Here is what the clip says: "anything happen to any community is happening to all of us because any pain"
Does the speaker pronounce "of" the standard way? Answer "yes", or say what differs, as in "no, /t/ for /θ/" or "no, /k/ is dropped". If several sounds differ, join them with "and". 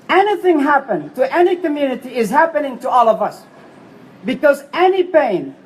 yes